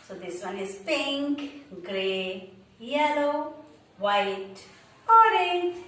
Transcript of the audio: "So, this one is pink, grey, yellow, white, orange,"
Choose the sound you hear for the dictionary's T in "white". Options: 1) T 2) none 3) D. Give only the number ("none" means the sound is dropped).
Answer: 1